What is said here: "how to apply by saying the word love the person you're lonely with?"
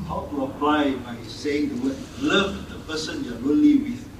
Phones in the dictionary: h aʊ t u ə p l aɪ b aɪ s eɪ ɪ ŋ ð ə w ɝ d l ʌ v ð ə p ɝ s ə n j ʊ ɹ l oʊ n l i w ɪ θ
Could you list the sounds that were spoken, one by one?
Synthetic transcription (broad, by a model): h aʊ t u ə p l aɪ b aɪ s eɪ ɪ ŋ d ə w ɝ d l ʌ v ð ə p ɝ s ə n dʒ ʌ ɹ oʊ l i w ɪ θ